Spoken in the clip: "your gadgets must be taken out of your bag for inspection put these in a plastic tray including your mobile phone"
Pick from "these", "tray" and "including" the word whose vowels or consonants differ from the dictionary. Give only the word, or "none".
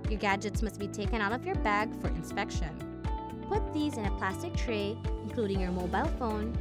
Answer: none